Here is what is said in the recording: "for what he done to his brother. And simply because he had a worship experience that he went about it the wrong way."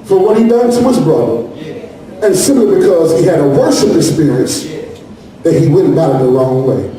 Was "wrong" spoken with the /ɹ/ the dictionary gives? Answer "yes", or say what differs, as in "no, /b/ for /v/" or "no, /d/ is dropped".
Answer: no, /l/ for /ɹ/